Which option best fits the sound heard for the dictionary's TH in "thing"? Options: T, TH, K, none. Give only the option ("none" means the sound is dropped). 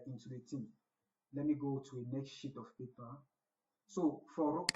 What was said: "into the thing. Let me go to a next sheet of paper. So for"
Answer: T